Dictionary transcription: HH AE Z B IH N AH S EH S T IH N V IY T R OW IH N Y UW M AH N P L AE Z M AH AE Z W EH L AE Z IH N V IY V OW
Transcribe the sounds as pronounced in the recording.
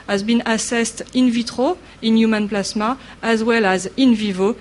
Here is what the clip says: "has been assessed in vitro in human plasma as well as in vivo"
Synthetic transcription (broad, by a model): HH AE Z B IH N AH S EH S T IH N V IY T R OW IH N Y UW M AH N P L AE S M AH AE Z W EH L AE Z IH N V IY V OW